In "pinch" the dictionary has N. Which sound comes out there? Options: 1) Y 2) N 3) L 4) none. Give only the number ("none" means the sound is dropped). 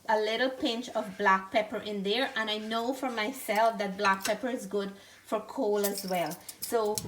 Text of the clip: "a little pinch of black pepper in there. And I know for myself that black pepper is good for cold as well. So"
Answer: 2